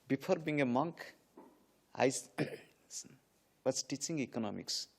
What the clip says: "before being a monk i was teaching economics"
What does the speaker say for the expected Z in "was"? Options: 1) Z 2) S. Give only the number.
2